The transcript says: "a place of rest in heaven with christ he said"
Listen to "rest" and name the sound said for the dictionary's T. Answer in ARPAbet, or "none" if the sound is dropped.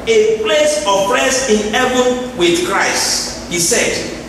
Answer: none